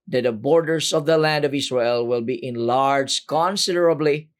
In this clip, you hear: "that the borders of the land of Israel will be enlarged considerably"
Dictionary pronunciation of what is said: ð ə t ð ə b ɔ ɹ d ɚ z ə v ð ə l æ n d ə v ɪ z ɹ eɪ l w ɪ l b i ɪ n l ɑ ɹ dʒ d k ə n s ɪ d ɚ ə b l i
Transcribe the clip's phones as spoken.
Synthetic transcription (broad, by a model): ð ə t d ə b ɔ ɹ d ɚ s ə v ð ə l æ n d ə v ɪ s ɹ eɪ l w ɪ l b i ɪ n l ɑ ɹ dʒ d k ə n s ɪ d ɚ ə b l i